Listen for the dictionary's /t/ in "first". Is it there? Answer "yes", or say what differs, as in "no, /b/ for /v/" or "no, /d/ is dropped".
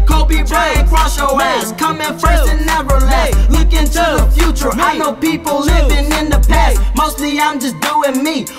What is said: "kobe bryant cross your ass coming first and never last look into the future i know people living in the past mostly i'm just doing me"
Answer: no, /t/ is dropped